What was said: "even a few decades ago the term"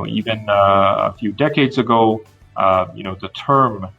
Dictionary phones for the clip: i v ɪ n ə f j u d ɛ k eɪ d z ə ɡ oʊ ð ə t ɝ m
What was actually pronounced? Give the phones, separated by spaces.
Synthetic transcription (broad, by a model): i v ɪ n ə f j u d ɛ k eɪ d z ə ɡ oʊ ð ə t ɝ m